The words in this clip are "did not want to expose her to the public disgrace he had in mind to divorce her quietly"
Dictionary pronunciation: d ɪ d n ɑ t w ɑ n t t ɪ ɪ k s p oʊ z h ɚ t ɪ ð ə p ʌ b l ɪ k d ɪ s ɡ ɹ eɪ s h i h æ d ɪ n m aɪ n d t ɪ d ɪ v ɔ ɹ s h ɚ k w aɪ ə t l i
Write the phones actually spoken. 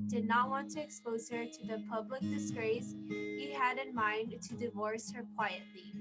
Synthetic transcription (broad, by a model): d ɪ d n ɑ t w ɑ n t t ɪ ɪ k s p oʊ z h ɚ t ɪ ð ə p ʌ b l ɪ k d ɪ s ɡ ɹ eɪ s h i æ d ɪ n m aɪ n t ɪ d ɪ v ɔ ɹ s h ɚ k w aɪ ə t l i